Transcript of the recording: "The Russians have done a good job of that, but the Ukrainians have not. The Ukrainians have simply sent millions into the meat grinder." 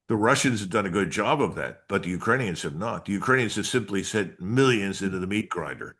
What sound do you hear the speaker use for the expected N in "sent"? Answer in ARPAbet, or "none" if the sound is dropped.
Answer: none